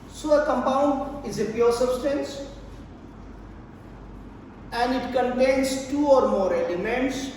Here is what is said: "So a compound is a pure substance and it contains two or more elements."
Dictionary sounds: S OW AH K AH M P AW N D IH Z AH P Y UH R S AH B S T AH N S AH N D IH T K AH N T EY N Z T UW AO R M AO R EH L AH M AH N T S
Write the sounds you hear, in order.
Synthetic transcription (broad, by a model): S OW AH K AH M P AW N D IH Z AH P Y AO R S AH B S T AH N S AH N D IH T K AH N T EY N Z T UW AO R M AO R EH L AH M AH N T S